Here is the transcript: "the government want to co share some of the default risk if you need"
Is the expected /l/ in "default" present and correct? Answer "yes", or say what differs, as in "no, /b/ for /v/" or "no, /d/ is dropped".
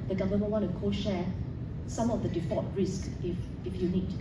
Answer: no, /l/ is dropped